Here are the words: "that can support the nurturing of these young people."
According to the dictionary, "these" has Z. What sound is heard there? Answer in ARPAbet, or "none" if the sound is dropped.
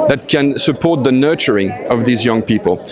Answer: Z